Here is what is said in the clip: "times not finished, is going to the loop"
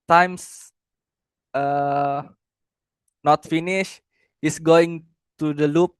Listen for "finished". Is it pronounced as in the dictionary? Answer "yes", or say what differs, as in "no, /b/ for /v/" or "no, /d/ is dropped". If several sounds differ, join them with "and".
no, /t/ is dropped